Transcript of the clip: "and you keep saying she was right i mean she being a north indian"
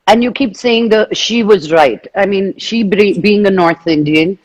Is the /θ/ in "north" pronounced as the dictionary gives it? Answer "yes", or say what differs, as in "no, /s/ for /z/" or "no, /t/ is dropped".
yes